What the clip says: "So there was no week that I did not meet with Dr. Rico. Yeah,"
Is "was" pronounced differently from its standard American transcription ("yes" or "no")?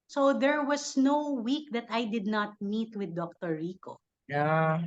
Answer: yes